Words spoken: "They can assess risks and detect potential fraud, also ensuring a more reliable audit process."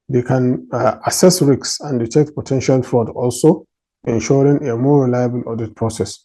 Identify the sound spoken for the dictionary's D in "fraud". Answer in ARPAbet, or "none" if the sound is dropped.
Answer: D